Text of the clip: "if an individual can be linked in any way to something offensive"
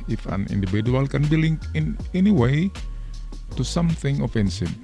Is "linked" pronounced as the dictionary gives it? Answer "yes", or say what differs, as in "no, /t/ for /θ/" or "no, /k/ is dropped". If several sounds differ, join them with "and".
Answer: no, /t/ is dropped